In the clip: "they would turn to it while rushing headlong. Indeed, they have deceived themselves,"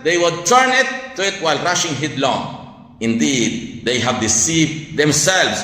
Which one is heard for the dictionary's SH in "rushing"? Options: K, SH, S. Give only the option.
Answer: SH